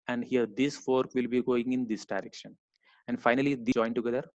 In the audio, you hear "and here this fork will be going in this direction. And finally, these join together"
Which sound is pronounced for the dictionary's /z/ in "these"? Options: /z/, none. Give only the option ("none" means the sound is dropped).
none